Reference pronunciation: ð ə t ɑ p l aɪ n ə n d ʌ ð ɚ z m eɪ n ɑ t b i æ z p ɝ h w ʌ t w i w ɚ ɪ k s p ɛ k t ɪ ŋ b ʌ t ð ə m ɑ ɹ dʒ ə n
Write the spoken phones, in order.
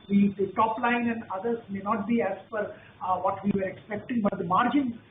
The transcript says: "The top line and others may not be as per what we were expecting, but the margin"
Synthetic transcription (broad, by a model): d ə t ɑ p l aɪ n ə n d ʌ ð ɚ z m eɪ n ɑ t b i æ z f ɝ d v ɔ t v i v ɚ ɪ k s p ɛ k t ɪ ŋ b ʌ t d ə m ɑ ɹ dʒ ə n